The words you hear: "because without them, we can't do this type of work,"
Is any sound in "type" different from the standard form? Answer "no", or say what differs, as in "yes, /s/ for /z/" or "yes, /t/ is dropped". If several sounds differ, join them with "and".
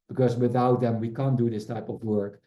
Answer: no